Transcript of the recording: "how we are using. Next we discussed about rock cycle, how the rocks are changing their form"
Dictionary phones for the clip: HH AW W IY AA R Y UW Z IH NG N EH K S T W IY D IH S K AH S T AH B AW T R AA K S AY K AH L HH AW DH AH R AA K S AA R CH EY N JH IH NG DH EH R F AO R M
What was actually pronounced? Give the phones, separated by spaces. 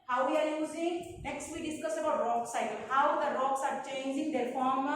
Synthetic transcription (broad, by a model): HH AW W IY AA R Y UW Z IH NG N EH K S T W IY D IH S K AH S AH B AW T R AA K S AY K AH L HH AW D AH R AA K S AA R CH EY N JH IH NG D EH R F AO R M